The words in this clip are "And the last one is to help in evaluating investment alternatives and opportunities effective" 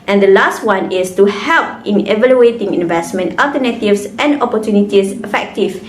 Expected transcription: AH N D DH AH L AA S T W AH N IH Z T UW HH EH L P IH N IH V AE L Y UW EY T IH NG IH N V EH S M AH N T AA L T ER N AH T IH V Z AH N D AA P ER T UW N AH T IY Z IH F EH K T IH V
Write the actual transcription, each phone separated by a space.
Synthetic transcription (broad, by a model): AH N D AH L AA S T W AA N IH S T UW HH EH L P IH N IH V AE L Y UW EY T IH NG IH N V EH S M AH N T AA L T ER N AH T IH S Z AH N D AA P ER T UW N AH T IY S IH F EH K T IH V